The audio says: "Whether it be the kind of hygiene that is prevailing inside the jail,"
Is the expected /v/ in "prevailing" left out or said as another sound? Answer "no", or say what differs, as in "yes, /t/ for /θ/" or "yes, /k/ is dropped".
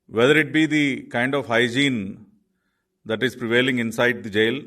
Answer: no